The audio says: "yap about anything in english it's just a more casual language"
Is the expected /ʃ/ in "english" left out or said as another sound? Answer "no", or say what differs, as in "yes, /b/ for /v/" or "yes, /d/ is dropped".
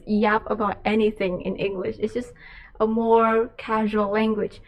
no